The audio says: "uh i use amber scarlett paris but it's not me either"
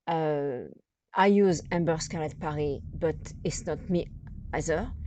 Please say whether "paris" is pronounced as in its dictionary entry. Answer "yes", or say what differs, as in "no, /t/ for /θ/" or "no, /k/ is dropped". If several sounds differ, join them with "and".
no, /s/ is dropped